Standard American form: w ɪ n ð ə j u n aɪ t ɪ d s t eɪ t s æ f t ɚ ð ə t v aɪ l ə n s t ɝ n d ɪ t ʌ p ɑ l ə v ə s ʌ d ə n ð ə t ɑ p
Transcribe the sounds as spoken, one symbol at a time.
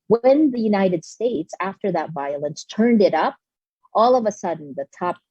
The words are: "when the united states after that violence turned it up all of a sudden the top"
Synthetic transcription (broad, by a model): w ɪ n ð ə j u n aɪ t ɪ d s t eɪ t s æ f t ɚ ð ə t v aɪ l ə n s t ɝ n d ɪ t ʌ p ɑ l ə v ə s ʌ d n ð ə t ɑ p